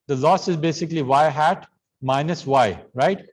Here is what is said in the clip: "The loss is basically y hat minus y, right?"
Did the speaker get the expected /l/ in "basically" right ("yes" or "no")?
yes